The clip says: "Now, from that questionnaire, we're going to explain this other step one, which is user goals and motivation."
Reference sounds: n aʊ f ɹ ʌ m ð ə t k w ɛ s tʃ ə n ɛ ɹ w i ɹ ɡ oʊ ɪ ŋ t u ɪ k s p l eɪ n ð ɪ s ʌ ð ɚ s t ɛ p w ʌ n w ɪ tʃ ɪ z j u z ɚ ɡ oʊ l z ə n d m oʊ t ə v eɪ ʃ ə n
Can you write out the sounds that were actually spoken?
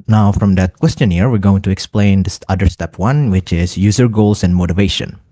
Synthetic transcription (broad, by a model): n aʊ f ɹ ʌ m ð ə t k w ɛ s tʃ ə n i ɹ w i ɹ ɡ oʊ ɪ ŋ t u ɪ k s p l eɪ n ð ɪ s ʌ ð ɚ s t ɛ p w ʌ n w ɪ tʃ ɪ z j u z ɚ ɡ oʊ l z ə n d m oʊ t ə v eɪ ʃ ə n